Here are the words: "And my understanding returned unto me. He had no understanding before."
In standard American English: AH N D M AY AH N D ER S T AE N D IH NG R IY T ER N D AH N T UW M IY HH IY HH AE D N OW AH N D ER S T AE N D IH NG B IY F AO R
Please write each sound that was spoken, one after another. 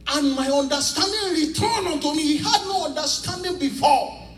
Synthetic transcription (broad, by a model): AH N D M AY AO N D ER S T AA N D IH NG R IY T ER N AH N T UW M IY HH IY HH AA D N OW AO N D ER S T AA N D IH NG B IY F AO